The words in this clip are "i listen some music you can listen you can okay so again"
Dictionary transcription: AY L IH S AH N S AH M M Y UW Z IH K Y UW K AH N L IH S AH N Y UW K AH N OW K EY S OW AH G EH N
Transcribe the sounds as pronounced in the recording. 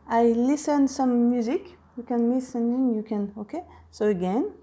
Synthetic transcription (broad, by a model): AY L IH S AH N S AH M M Y UW Z IH K Y UW K AH N L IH S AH N Y UW K AH N OW K EY S OW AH G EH N